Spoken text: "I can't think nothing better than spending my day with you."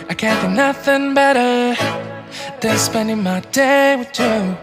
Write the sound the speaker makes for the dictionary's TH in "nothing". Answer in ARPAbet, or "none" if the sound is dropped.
TH